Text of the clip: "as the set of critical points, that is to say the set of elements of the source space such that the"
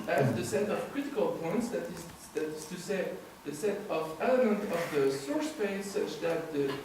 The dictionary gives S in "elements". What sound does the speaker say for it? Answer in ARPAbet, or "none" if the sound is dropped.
none